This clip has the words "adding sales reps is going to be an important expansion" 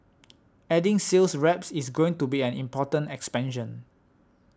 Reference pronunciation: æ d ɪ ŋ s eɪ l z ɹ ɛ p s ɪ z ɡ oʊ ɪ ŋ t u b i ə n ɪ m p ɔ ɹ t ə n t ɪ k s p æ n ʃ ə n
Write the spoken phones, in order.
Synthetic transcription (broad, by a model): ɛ d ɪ ŋ s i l s ɹ ɛ p s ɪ s ɡ oʊ ɪ ŋ t u b i ə n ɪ m p ɔ t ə n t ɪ k s p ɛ n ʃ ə n